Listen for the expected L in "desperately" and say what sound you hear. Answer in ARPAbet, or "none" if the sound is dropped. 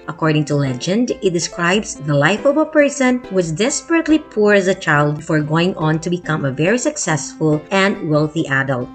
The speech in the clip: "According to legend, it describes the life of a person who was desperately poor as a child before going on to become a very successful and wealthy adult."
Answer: L